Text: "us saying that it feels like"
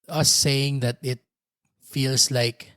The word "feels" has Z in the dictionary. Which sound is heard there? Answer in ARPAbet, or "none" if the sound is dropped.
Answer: S